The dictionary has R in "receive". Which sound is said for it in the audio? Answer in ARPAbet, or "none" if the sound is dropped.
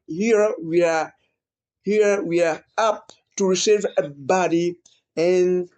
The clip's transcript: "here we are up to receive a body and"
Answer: R